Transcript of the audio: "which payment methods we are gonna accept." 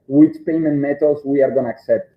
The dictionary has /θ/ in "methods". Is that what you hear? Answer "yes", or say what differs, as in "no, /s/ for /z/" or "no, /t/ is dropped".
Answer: no, /t/ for /θ/